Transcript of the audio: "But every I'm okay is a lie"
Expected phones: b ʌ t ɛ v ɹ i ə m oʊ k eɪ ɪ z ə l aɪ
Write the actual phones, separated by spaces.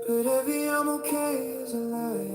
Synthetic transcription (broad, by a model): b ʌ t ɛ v i ə m oʊ k eɪ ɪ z ə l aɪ